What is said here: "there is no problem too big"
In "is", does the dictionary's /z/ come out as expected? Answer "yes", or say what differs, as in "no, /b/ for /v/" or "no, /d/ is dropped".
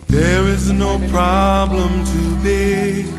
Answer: yes